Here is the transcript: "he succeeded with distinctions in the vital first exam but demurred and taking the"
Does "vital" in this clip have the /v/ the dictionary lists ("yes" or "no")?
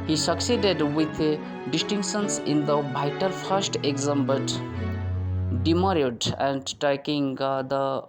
no